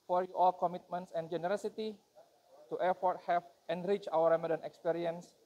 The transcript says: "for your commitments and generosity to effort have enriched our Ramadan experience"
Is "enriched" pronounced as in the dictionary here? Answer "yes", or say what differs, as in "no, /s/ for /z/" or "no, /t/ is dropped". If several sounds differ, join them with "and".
no, /t/ is dropped